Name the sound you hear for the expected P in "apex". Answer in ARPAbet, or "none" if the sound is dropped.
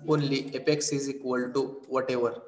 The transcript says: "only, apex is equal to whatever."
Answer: P